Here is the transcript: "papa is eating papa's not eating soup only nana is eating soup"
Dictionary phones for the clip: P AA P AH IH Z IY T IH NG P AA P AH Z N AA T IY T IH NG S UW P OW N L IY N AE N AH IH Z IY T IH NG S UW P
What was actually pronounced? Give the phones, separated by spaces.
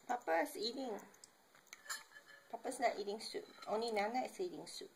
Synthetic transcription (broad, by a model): P AA P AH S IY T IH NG P AA P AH S N AA T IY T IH NG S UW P OW N L IY N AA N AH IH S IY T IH NG S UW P